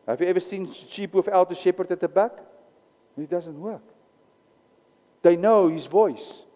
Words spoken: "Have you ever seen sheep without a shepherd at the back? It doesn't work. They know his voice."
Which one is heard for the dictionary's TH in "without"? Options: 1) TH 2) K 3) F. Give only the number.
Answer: 3